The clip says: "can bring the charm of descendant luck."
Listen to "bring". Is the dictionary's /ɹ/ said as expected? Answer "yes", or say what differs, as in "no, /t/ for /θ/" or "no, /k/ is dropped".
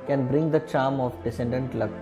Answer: yes